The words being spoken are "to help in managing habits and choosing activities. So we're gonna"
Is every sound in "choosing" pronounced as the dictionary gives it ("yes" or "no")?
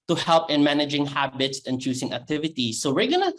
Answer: no